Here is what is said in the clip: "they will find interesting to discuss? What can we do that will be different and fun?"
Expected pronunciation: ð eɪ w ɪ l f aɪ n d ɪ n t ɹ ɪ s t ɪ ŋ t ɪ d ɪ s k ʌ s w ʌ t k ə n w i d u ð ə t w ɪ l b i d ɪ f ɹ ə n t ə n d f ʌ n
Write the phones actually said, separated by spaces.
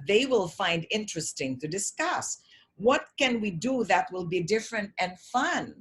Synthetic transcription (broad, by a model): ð eɪ w ɪ l f aɪ n d ɪ n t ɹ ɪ s t ɪ ŋ t ɪ d ɪ s k ʌ s w ʌ t k ə n w i d u ð ə t w ɪ l b i d ɪ f ɹ ə n t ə n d f ʌ n